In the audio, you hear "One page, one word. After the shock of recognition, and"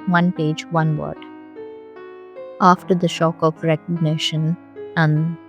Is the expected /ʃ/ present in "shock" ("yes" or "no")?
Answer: yes